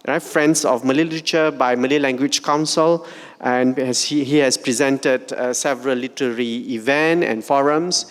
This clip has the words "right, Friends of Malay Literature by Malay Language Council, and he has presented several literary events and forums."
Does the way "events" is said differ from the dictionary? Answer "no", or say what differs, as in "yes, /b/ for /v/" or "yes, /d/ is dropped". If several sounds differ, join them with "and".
yes, /s/ is dropped